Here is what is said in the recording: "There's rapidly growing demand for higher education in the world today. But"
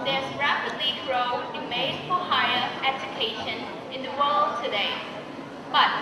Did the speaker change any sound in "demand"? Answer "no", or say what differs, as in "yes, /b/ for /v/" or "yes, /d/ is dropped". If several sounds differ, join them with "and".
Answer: yes, /m/ is dropped and /n/ is dropped